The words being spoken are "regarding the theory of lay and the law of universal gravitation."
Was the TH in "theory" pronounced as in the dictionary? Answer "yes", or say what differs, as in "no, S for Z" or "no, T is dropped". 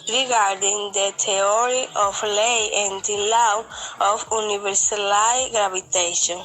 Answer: no, T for TH